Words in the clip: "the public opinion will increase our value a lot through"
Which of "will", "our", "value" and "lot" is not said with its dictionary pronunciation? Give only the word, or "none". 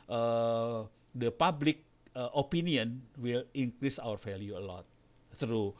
value